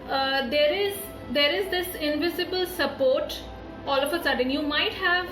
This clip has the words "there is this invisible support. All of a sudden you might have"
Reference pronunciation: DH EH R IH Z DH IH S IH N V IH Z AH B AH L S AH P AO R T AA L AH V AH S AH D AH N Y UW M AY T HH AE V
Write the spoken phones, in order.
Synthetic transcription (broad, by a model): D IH R IH Z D IH S IH N V IH Z AH B AH L S AH P AO R T AA L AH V AH S AH D AH N Y UW M AY T HH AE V